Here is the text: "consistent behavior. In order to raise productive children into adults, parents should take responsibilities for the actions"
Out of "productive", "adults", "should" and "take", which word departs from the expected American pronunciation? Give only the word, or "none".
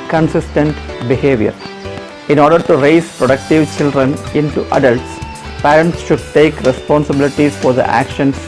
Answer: none